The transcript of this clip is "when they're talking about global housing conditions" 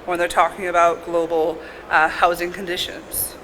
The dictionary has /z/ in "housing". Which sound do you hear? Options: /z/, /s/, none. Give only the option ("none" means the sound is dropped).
/z/